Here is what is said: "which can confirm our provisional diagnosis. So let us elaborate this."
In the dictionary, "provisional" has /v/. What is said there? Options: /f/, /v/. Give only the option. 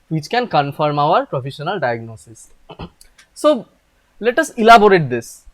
/f/